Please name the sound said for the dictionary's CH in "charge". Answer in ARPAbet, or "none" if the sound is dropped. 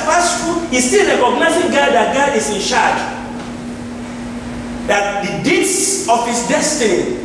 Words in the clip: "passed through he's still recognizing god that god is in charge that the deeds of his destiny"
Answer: SH